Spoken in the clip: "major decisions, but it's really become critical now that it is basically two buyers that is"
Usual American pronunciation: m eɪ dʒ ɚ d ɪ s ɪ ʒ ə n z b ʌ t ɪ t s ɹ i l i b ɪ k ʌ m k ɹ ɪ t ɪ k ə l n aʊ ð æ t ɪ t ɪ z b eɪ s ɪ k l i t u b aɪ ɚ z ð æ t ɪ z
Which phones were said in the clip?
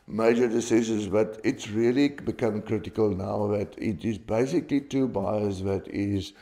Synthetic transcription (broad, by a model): m eɪ dʒ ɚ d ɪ s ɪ ʃ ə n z b ʌ t ɪ t s ɹ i l i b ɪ k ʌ m k ɹ ɪ t ɪ k ə l n aʊ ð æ t ɪ t ɪ z b eɪ s ɪ k l i t u b aɪ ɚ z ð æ t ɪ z